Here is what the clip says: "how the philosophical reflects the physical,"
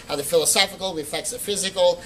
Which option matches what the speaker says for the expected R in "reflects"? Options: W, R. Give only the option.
W